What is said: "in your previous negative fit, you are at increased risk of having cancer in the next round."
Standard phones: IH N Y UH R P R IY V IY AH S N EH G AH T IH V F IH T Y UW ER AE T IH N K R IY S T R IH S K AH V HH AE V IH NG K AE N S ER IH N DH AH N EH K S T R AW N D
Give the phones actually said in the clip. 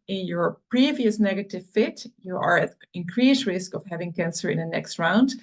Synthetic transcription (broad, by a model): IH N Y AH R P R IY V IY AH S N EH G AH T IH V F IH T Y UW ER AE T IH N K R IY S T R IH S K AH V HH AE V IH NG K AE N S ER IH N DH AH N EH K S T R AW N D